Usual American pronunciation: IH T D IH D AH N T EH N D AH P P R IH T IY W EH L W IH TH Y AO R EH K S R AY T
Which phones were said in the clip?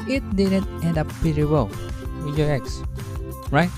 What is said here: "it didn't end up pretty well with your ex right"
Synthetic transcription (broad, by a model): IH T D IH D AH N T EH N D AH P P IH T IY W EH L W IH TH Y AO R EH K S R AY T